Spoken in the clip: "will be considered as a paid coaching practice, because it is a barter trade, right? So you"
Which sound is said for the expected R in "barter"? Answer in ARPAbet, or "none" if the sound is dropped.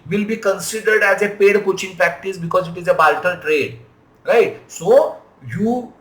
L